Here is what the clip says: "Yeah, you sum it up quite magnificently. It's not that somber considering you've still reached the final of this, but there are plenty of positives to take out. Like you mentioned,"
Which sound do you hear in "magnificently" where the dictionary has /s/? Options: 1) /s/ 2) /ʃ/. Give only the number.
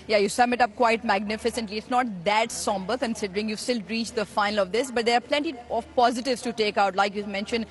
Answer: 1